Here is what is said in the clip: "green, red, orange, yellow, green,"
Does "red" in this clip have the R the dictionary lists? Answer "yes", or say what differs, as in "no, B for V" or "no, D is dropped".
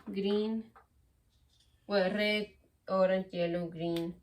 no, W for R